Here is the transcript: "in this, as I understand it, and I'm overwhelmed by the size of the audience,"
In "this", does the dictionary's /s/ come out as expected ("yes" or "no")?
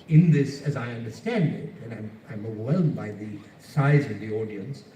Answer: yes